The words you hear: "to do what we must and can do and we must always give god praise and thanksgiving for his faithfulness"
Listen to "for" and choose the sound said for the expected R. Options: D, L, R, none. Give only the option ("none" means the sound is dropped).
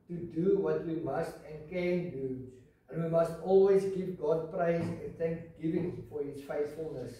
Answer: R